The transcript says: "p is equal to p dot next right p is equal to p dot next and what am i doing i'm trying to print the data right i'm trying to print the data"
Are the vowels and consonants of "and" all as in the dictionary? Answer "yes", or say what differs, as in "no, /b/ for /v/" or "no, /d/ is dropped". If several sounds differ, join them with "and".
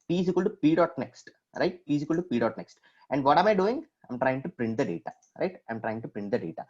yes